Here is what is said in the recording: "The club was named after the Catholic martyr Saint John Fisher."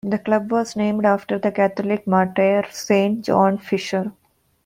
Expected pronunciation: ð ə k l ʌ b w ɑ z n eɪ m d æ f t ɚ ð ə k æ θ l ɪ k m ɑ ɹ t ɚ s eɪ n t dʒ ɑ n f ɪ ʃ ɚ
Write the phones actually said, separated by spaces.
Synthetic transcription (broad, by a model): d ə k l ʌ b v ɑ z n eɪ m d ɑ f t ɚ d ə k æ t l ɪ k m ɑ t t s eɪ n t dʒ ɑ n f ɪ ʃ ɚ